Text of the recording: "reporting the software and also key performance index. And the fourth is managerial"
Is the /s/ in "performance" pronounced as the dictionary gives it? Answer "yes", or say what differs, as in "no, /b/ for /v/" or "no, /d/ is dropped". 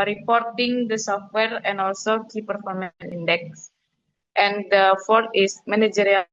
no, /s/ is dropped